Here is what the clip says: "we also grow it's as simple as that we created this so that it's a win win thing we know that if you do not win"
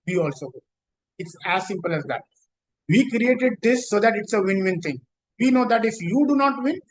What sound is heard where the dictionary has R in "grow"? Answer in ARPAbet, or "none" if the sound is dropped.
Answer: none